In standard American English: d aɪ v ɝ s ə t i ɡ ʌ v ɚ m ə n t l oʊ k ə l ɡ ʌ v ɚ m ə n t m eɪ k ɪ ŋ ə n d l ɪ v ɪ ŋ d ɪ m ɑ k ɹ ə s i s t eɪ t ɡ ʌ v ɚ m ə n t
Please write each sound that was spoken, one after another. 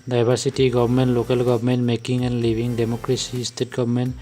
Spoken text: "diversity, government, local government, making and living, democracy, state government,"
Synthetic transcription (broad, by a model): d aɪ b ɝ s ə t i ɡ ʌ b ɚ m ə n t l oʊ k ə l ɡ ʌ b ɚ m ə n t m eɪ k ɪ ŋ ə n d l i b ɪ ŋ d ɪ m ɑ k ɹ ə s i s t eɪ t ɡ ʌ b m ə n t